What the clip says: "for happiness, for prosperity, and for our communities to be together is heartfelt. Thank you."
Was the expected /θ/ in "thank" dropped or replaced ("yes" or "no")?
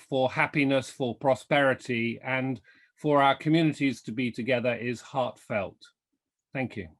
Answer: no